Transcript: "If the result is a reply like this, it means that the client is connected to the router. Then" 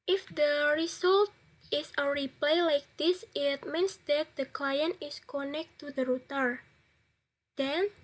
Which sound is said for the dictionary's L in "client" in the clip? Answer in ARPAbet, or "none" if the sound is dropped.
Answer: L